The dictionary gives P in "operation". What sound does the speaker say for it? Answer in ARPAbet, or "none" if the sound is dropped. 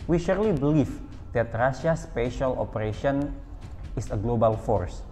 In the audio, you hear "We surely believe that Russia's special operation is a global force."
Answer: P